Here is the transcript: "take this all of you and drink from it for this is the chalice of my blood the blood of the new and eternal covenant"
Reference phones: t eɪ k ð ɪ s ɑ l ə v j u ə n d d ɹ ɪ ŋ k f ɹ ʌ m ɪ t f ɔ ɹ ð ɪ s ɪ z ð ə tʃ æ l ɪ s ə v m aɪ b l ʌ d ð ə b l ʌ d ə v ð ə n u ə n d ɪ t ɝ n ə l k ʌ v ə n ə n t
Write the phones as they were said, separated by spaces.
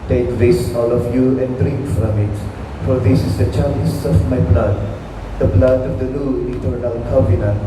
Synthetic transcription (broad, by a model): t eɪ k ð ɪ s ɑ l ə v j u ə n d d ɹ ɪ ŋ k f ɹ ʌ m ɪ t f ɔ ɹ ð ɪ s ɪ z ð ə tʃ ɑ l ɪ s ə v m aɪ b l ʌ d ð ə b l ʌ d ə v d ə l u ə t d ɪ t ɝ ə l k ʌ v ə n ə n